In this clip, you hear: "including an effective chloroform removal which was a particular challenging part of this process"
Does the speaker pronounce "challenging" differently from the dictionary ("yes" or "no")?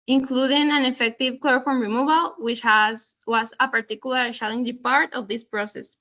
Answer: yes